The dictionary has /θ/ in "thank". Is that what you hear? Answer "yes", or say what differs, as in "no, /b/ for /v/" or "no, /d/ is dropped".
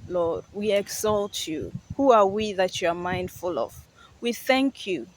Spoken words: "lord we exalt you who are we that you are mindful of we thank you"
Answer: yes